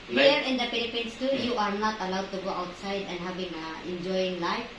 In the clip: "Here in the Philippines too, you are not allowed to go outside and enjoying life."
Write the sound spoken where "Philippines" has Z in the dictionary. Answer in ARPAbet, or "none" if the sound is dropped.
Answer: S